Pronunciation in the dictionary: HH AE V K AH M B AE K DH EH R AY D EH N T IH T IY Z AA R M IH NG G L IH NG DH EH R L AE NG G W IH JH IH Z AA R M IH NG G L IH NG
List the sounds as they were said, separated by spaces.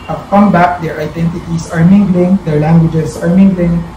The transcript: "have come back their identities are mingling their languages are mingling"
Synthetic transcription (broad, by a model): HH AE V K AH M B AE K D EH R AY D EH N T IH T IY S AA R M IH NG G L IH NG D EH R L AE NG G W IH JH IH S AA R M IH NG G L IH NG